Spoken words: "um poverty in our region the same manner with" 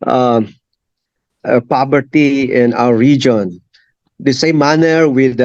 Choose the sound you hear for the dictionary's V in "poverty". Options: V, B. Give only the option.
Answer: B